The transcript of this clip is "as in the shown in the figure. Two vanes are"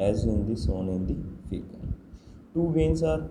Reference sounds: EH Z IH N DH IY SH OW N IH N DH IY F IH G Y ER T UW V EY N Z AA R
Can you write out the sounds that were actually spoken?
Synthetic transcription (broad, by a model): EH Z IH N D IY S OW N IH N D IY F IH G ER T UW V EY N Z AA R